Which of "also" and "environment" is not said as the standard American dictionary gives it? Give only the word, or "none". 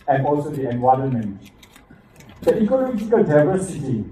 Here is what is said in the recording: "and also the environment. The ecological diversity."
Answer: environment